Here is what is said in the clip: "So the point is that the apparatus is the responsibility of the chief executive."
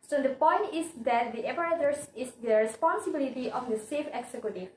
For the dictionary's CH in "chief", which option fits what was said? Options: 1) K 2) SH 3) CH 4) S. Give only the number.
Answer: 4